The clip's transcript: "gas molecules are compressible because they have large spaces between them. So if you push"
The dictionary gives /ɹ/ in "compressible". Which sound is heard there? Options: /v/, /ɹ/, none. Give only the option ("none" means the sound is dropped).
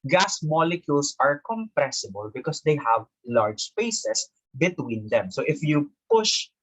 /ɹ/